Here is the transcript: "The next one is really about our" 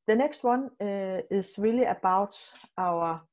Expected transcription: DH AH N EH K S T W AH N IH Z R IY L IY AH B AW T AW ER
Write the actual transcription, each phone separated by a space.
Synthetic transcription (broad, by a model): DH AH N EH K S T W AH N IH S R IY L IY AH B AW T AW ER